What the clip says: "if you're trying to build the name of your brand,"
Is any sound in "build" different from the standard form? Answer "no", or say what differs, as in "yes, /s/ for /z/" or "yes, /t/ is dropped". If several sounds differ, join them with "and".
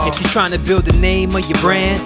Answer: no